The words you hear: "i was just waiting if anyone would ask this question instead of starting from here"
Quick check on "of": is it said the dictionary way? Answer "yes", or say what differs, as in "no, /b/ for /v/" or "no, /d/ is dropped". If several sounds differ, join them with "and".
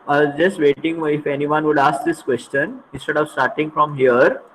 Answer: yes